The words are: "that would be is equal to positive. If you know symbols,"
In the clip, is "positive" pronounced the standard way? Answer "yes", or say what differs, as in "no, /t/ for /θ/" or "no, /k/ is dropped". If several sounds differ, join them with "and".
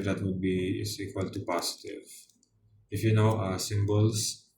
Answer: no, /s/ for /z/